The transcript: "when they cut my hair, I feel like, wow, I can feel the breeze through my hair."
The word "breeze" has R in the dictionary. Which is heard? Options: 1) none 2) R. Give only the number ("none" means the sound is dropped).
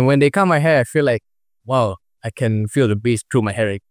1